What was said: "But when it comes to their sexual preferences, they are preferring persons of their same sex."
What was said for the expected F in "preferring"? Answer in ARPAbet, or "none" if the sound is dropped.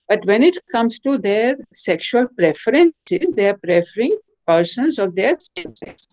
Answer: F